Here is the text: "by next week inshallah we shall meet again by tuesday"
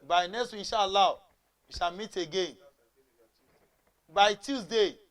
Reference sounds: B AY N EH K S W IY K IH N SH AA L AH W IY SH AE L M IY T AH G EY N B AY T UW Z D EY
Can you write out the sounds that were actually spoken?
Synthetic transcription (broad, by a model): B AY N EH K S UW IH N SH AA L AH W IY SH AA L M IY T AH G EY N B AY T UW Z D EY